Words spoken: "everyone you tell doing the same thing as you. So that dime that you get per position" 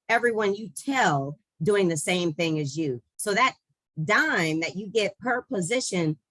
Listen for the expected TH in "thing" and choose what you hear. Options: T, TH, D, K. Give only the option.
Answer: TH